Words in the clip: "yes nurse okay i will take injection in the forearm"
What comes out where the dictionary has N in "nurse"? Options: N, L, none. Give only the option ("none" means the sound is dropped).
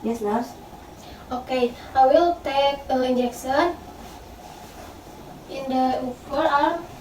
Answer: L